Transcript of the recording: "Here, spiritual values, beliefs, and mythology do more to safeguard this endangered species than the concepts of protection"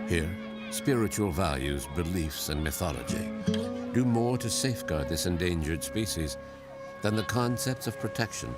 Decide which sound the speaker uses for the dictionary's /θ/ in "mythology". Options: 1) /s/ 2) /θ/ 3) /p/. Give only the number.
2